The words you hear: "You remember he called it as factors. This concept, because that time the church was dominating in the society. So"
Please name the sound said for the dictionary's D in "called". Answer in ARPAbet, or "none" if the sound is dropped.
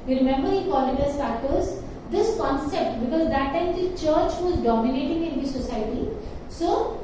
none